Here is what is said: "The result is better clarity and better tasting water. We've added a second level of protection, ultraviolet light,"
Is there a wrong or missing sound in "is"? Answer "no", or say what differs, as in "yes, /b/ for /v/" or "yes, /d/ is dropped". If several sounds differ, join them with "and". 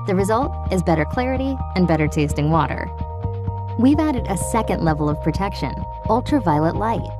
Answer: no